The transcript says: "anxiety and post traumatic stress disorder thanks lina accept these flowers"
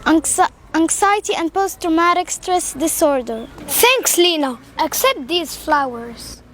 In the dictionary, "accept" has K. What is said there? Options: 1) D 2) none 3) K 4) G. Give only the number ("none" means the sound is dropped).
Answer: 3